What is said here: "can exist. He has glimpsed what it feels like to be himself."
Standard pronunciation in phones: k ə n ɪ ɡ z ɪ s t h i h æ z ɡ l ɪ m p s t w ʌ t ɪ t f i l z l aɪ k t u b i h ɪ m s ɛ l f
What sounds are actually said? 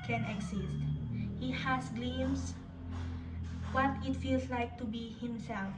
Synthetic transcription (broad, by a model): k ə n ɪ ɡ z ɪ s t h i h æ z ɡ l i m s w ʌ t ɪ t f i l s l aɪ k t u b i h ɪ m s ɛ l f